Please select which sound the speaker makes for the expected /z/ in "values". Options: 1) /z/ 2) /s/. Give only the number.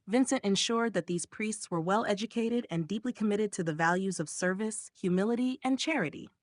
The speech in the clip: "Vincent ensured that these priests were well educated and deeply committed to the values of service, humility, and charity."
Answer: 1